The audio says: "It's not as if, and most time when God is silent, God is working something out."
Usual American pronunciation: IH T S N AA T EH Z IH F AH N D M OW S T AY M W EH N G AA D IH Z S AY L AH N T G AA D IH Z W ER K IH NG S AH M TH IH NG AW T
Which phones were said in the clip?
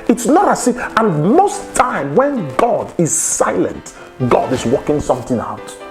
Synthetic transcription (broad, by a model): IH T S N AA T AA S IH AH N M OW S T AY M W EH N G AA D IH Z S AY L AH N T G AA D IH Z W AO K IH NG S AH M TH IH NG AW T